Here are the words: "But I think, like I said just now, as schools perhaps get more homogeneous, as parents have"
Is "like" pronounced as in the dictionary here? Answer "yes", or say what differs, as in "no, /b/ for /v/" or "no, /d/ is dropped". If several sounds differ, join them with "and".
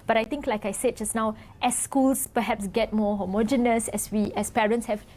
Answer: yes